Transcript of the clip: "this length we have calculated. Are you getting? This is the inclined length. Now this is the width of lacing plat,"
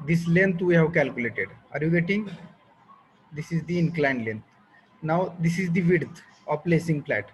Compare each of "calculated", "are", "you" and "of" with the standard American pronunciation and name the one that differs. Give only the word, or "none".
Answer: of